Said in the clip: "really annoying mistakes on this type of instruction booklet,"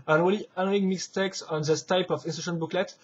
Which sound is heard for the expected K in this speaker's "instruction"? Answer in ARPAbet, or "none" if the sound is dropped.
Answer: none